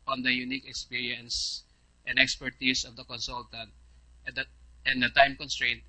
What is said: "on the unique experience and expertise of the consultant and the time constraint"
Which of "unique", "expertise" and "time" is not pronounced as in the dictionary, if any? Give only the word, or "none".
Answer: expertise